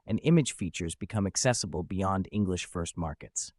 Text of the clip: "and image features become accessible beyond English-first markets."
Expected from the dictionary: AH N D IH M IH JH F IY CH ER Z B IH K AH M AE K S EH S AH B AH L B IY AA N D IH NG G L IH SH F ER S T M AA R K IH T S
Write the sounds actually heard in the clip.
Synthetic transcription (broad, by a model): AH N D IH M IH JH F IY CH ER Z B IH K AH M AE K S EH S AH B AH L B IY AA N D IH NG G L IH SH F ER S T M AA R K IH T S